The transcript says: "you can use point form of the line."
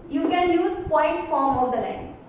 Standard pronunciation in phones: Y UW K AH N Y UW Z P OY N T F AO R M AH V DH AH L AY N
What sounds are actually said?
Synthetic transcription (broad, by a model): Y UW K AH N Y UW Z P OY N T F AO R M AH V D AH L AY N